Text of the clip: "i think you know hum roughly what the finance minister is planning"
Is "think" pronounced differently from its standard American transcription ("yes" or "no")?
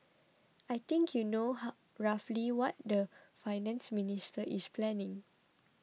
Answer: yes